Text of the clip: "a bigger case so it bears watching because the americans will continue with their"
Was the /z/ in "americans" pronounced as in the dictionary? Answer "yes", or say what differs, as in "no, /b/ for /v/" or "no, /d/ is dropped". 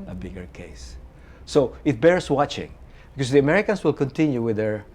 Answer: no, /s/ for /z/